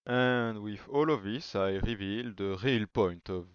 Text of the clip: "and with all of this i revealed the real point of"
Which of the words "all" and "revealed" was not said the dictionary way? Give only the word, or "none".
none